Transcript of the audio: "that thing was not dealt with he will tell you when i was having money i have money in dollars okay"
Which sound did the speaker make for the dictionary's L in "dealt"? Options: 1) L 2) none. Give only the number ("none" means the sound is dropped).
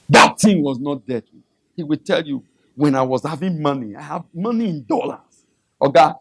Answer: 2